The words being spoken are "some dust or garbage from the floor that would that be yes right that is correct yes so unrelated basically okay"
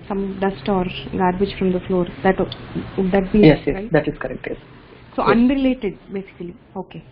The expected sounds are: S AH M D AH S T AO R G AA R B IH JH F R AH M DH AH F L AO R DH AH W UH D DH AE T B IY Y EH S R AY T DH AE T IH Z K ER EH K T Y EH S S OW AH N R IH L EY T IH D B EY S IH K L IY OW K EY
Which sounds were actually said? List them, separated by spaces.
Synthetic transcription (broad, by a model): S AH M D AH S T AO R G AA R B IH JH F R AH M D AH F L AO R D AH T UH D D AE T B IY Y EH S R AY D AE T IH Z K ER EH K T Y EH S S OW AH N R IH L EY T IH D B EY S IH K L IY OW K EY